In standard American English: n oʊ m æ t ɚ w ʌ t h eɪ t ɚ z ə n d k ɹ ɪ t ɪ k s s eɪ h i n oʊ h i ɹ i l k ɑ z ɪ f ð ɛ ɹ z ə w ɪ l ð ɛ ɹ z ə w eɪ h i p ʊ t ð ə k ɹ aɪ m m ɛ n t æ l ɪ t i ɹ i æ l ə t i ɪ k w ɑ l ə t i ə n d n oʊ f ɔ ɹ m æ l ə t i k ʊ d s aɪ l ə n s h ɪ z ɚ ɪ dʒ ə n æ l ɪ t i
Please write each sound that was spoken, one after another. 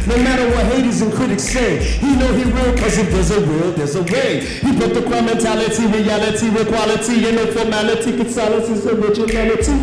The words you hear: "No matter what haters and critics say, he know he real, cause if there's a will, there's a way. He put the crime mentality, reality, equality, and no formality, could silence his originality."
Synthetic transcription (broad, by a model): n oʊ m æ t ɚ w ʌ t h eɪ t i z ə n k ɪ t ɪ k s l eɪ h i n oʊ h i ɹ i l k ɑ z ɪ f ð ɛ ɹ z ə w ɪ l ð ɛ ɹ z ə w eɪ h i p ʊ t ð ə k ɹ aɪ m m ɛ n t æ l ɪ t i ɹ i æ l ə t i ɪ k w ɑ l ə t i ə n n oʊ f ɔ ɹ m æ l ə t i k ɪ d s aɪ l ə n s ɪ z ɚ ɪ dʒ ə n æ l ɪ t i